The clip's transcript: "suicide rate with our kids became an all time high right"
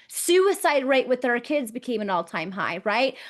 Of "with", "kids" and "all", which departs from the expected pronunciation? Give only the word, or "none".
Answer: none